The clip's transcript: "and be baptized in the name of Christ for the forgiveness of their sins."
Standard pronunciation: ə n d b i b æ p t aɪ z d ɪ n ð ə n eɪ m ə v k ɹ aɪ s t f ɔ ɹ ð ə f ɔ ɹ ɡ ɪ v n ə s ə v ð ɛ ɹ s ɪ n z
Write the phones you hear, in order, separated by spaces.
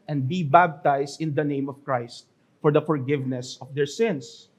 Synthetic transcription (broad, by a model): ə n d b i b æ b t aɪ s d ɪ n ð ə n eɪ m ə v k ɹ aɪ s t f ɔ ɹ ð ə f ɔ ɹ ɡ ɪ v n ə s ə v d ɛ ɹ s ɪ n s